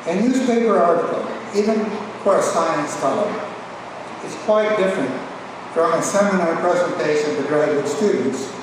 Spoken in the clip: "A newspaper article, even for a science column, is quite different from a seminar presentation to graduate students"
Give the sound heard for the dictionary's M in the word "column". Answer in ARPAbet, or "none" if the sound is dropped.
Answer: none